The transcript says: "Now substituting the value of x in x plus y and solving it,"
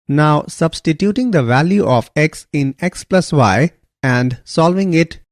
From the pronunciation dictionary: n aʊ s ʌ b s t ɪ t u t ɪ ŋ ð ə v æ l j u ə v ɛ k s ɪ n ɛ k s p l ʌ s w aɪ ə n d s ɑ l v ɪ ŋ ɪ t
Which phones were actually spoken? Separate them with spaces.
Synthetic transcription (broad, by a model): n aʊ s ʌ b s t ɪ t u t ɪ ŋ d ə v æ l j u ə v ɛ k s ɪ n ɛ k s p l ʌ s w aɪ ə n d s ɑ l v ɪ ŋ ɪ t